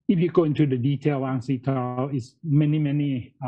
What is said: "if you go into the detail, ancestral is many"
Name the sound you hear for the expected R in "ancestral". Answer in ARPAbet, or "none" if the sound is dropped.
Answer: L